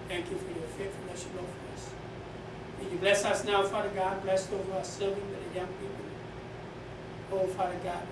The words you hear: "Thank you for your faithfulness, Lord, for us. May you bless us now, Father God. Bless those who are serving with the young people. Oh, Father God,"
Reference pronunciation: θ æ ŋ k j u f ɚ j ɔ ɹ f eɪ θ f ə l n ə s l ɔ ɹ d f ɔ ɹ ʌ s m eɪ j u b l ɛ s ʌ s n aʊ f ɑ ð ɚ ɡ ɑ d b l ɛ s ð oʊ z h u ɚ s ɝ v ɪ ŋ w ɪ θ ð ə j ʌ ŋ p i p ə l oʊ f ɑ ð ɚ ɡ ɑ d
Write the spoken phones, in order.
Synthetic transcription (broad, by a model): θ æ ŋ k j u f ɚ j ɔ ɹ f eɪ t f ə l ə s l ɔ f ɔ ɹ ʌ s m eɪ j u b l ɛ s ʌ s n aʊ f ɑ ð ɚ ɡ ɑ d b l ɛ s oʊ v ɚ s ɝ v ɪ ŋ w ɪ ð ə j ʌ ŋ p i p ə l oʊ f ɑ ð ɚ ɡ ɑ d